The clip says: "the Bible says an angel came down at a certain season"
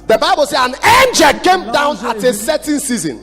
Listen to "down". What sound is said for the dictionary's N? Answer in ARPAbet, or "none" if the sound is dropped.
N